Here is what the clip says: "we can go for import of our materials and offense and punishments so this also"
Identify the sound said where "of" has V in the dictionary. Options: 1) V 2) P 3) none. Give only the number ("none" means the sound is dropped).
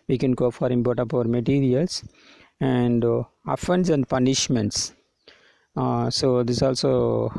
2